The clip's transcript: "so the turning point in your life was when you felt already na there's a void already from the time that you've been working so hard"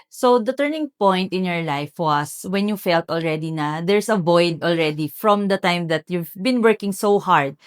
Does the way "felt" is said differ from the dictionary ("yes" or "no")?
no